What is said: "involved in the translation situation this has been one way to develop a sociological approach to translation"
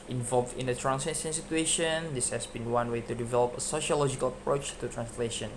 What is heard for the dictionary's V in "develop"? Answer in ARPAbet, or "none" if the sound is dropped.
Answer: V